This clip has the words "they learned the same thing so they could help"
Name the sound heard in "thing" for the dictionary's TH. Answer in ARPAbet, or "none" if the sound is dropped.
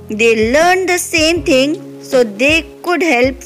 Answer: T